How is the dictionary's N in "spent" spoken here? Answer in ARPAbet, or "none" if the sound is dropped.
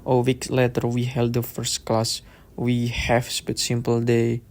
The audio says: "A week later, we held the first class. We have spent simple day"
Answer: none